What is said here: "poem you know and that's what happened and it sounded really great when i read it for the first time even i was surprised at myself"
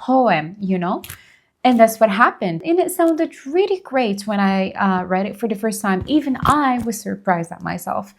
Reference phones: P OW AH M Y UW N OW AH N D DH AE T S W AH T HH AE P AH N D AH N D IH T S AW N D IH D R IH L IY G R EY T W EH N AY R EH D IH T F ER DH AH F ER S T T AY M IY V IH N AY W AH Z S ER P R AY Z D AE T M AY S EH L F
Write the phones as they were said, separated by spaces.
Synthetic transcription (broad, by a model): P OW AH M Y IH N OW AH N DH AE T S W AH T HH AE P AH N D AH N IH T S AW N D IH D R IH L IY G R EY T W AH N AY R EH D IH T F ER DH AH F ER S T T AY M IY V IH N AY W AH Z S ER P R AY Z D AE T M AY S EH L F